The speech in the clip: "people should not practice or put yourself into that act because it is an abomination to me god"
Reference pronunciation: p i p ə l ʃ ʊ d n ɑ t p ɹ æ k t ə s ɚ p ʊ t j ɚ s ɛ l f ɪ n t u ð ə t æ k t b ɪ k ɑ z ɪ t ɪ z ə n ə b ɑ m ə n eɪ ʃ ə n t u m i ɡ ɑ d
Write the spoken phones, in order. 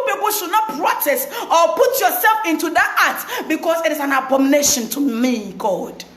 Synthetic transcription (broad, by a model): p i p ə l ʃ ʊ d n ɑ t p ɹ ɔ t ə s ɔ p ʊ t j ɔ s ɛ l f ɪ n t u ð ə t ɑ t b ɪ k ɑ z ɪ t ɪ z ə n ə b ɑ m n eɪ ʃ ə n t u m i ɡ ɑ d